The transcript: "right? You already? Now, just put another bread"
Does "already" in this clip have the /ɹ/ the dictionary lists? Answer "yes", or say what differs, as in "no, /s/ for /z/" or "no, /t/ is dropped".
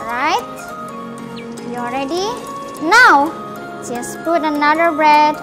yes